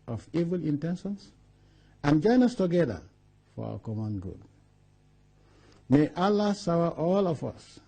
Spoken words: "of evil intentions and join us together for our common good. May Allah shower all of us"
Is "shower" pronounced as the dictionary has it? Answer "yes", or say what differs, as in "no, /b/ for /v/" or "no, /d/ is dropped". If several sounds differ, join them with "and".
no, /s/ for /ʃ/